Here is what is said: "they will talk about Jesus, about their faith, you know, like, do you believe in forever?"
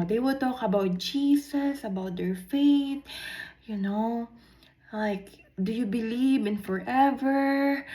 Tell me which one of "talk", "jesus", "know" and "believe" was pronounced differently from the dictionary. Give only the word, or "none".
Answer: jesus